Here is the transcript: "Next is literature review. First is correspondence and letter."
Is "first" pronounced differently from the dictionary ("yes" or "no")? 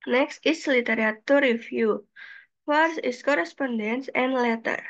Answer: yes